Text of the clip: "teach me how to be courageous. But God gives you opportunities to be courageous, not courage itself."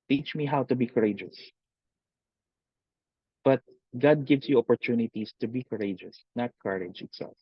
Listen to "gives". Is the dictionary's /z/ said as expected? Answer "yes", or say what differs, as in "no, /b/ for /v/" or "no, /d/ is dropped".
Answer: no, /s/ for /z/